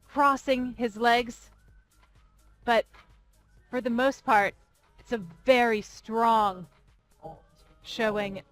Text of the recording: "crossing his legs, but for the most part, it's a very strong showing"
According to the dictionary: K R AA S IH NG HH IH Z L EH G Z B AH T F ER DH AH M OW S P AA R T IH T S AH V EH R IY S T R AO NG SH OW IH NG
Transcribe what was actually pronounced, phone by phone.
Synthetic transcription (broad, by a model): K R AA S IH NG IH Z L EH G Z B AH T F ER DH AH M OW S P AA R T IH T S AH V EH R IY S T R AO NG SH OW IH NG